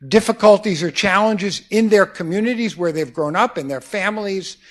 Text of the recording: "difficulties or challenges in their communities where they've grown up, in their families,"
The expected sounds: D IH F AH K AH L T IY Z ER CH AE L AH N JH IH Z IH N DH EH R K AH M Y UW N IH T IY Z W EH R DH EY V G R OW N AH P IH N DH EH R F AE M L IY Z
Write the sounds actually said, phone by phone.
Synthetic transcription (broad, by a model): D IH F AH K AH L T IY Z ER CH AE L AH N JH IH Z IH N DH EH R K AH M Y UW N IH T IY Z W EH R DH EY V G R OW N AH P IH N DH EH R F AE M L IY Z